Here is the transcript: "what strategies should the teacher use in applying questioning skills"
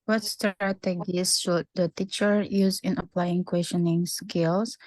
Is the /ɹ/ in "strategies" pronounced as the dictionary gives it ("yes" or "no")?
no